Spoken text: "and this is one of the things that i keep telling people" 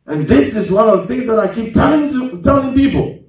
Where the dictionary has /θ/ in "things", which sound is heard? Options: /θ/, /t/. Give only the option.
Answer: /θ/